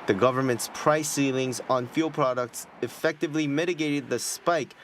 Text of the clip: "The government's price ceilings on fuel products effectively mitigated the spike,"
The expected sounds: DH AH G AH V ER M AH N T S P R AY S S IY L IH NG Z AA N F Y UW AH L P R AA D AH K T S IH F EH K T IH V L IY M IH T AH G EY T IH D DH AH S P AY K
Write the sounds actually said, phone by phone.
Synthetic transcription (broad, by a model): DH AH G AH V ER M AH N T S P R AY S S IY L IH NG Z N F Y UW L P R AA D AH K T S IH F EH K T IH V L IY M IH T AH G EY T IH D DH AH S P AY K